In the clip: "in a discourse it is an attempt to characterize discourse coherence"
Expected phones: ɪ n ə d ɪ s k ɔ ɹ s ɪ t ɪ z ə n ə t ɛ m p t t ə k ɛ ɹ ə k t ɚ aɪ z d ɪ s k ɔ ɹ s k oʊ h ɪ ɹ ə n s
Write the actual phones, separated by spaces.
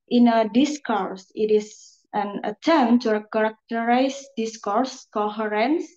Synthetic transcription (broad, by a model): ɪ n ə d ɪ s k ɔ ɹ s ɪ t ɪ s ə n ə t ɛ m t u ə k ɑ ɹ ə k t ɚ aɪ s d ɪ s k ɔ ɹ s k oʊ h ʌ ɹ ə n s